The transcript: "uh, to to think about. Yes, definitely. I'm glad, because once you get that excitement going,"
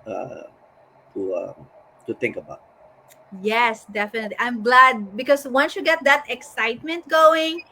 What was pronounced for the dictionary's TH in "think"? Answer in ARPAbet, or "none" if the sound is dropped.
T